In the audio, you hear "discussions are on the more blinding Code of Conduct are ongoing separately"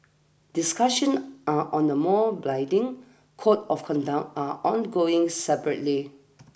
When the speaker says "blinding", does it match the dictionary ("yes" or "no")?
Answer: no